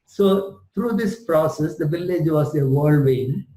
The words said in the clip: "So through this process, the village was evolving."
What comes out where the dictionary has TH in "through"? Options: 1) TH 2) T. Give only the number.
2